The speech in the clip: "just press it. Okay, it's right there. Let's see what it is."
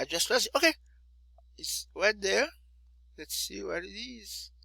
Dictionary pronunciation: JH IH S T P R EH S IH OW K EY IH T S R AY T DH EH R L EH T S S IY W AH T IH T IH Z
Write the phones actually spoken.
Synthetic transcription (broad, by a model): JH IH S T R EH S IH OW K EY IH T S W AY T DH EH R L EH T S S IY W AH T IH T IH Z